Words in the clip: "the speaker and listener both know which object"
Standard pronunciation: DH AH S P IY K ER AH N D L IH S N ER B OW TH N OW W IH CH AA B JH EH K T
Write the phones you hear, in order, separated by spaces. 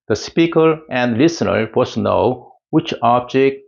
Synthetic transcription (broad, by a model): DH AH S P IY K ER AH N D L IH S N ER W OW S N OW W IH CH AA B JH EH K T